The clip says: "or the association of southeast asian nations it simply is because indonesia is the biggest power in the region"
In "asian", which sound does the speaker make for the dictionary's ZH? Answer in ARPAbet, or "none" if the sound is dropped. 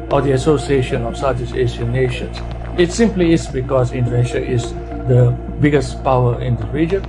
S